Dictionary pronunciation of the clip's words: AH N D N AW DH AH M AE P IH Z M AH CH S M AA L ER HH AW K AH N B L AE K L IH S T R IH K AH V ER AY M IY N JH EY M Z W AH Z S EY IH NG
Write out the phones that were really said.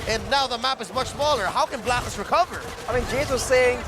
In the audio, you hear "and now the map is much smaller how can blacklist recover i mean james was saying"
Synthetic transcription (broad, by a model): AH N N AW DH AH M AE P IH Z M AH CH S M AA L ER HH AW K AH N B L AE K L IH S R IH K AH V ER AY M IY N JH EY Z W AH Z S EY IH NG